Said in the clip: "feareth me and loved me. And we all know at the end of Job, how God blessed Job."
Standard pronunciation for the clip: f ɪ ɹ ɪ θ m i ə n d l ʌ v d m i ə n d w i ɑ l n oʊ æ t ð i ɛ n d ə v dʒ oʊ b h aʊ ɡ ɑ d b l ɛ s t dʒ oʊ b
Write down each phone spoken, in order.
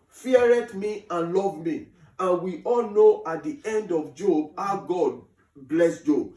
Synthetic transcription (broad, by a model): f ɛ ɹ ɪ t m i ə n l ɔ v m i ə n w i ɑ l n oʊ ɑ t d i ɛ n d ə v dʒ oʊ b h aʊ ɡ ɑ d b l ɛ s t dʒ oʊ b